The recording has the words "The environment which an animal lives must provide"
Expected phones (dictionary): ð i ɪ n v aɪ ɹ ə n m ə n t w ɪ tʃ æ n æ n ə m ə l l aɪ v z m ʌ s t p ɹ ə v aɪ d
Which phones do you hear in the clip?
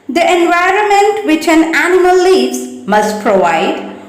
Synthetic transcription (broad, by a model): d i ɪ n v aɪ ɹ ə n m ə n t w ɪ tʃ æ n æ n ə m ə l l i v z m ʌ s t p ɹ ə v aɪ d